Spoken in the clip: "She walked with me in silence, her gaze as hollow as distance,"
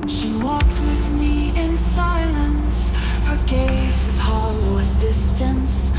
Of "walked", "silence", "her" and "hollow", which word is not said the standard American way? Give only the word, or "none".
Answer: none